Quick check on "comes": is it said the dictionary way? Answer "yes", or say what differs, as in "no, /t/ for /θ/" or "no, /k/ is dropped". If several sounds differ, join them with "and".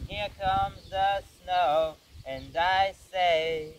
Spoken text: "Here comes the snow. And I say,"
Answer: yes